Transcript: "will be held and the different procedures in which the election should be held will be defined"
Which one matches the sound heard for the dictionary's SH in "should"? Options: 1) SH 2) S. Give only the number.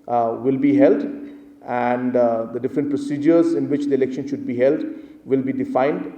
1